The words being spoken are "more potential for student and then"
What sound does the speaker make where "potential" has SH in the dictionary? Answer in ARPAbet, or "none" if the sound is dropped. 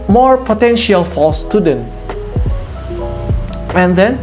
SH